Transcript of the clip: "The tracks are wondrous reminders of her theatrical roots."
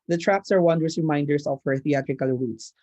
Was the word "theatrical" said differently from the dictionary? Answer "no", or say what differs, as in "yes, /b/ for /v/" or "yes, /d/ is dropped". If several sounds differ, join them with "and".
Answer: no